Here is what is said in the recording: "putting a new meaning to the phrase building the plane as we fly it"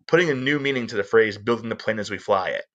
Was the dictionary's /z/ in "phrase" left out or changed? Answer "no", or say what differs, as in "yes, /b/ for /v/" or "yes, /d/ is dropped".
no